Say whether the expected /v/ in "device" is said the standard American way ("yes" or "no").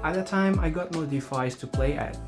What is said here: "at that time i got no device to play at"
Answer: no